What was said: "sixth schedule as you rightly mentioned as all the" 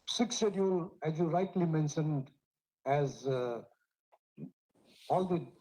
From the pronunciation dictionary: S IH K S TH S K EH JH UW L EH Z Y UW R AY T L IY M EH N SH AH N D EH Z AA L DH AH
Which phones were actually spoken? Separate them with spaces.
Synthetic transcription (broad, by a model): S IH K S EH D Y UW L EH Z Y UW R AY T L IY M EH N SH AH N D EH Z AA L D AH